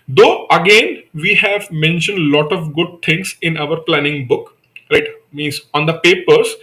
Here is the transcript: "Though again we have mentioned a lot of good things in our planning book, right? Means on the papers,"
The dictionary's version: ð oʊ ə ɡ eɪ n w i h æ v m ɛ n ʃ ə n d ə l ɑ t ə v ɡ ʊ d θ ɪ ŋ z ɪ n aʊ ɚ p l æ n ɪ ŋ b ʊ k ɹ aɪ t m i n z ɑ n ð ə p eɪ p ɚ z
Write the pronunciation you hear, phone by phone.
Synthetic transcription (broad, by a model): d oʊ ə ɡ eɪ n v i h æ v m ɛ n ʃ ə n d l ɑ t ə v ɡ ʊ d t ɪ ŋ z ɪ n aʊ ɚ p l æ n ɪ ŋ b ʊ k ɹ aɪ t m i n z ɑ n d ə p eɪ p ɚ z